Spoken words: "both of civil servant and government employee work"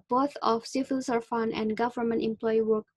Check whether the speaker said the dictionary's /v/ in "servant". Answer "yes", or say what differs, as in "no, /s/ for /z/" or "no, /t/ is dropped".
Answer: no, /f/ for /v/